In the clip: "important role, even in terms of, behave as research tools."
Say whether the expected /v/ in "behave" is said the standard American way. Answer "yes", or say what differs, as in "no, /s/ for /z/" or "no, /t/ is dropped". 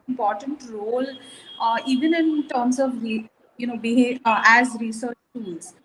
no, /v/ is dropped